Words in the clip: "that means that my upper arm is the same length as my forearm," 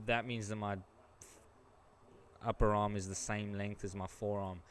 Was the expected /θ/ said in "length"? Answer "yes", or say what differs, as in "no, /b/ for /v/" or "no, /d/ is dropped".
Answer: yes